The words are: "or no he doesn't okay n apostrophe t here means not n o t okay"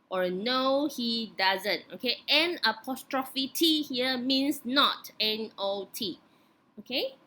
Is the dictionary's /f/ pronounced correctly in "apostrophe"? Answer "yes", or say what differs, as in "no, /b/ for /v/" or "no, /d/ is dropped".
yes